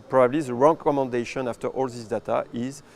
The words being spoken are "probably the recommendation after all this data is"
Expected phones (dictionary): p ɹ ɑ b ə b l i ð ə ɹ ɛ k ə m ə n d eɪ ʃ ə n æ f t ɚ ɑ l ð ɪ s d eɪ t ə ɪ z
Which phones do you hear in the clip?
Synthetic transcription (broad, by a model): p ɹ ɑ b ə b l i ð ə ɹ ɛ k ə m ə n d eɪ ʃ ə n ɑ f t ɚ ɑ l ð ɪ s d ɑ t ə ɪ z